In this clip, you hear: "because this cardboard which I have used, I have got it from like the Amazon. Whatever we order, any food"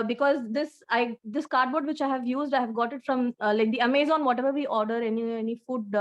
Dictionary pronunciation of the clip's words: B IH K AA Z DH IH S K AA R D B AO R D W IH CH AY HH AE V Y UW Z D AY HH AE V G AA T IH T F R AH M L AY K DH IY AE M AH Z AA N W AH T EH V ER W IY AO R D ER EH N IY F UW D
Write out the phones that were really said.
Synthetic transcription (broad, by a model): B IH K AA Z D IH S K AA R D B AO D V IH CH AY HH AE V Y UW Z D AY HH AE V G AA T IH T F R AH M L AY K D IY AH M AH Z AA N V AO T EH V ER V IY AO R D ER EH N IY F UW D